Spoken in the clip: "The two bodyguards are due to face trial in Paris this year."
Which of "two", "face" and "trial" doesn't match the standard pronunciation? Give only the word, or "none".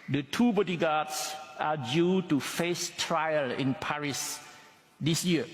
none